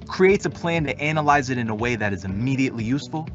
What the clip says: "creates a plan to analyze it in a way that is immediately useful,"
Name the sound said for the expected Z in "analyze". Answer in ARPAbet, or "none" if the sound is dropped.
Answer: Z